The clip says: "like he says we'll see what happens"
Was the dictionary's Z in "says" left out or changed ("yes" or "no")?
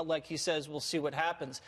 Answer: no